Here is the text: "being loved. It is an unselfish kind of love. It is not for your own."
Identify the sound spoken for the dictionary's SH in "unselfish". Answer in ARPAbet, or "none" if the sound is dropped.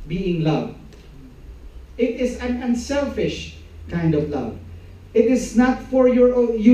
SH